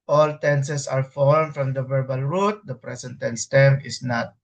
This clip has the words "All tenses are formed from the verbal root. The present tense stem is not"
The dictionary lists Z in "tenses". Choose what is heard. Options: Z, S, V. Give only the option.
S